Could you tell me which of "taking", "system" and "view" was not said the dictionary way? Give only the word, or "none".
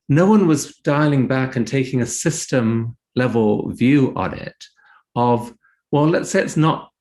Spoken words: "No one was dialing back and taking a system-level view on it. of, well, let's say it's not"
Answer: none